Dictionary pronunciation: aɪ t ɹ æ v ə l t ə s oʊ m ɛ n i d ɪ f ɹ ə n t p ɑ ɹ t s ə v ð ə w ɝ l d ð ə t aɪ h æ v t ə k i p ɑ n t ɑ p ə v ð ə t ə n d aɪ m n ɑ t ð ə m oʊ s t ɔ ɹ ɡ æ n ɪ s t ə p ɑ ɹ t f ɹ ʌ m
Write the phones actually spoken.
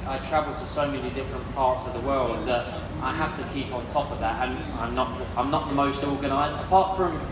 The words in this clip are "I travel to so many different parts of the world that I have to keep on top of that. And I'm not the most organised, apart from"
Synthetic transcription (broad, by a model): aɪ t ɹ æ v ə l t ə s oʊ m ɛ n i d ɪ f ɹ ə n p ɑ ɹ t s ə v ð ə w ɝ l d ð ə t aɪ h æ f t ə k i p n t ɑ p ə v ð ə t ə n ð aɪ m n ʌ t ð ə m oʊ s t ɔ ɹ ɡ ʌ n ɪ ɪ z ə p ɑ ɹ t f ɹ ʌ m